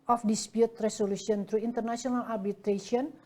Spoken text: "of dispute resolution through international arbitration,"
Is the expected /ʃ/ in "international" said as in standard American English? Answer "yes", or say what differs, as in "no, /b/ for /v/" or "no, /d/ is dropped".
no, /s/ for /ʃ/